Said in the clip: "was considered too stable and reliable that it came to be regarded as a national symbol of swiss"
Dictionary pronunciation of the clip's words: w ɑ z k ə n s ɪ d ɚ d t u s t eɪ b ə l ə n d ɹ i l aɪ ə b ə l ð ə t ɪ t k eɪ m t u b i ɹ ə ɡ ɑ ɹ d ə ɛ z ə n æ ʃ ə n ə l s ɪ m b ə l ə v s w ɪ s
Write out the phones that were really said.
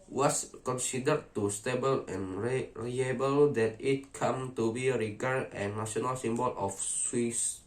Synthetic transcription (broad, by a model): w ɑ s k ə n s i d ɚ t u s t eɪ b ə l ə n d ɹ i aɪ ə b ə l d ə t ɪ t k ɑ m t u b i ɹ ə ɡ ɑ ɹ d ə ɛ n ə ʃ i ə n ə l s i m b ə l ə f s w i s